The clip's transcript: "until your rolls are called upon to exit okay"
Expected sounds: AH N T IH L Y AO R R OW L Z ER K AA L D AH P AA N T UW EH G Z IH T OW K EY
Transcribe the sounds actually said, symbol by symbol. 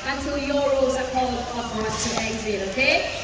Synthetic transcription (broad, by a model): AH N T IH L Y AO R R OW Z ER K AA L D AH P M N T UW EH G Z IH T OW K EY